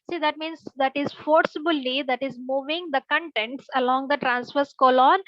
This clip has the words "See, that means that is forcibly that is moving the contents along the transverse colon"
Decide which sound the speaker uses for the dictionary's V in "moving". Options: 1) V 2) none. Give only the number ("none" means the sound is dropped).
1